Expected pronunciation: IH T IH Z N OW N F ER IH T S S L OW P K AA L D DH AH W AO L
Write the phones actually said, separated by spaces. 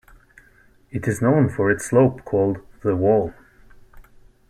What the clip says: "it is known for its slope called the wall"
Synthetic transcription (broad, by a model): IH T IH Z N OW N F ER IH T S S L OW P K AA L D DH AH W AO L